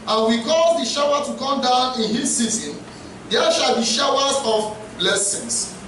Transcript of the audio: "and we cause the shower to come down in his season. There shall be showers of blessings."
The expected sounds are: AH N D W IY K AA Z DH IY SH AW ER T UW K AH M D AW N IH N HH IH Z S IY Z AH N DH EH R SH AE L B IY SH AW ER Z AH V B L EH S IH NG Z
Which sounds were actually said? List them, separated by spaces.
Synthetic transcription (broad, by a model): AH N W IY K AA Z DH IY SH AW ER T UW K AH M D AW N IH N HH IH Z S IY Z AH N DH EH SH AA L B IY SH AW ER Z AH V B L EH S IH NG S